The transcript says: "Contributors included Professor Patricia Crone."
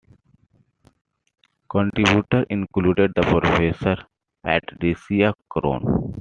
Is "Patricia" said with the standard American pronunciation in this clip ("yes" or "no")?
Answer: no